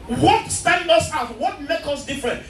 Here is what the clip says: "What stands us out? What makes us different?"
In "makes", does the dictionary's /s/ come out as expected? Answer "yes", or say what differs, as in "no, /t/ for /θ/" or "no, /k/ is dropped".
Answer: no, /s/ is dropped